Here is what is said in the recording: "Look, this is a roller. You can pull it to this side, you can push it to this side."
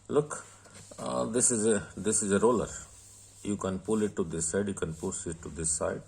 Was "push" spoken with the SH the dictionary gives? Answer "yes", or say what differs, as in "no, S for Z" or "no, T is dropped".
no, S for SH